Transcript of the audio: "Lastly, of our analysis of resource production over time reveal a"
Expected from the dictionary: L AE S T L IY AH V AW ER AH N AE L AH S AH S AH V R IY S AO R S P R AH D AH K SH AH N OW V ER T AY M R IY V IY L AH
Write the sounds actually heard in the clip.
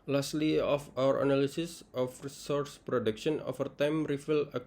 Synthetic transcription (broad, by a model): L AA S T L IY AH F AW ER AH N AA L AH S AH S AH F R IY S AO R S P R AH D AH K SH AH N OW F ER T AY M R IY F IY L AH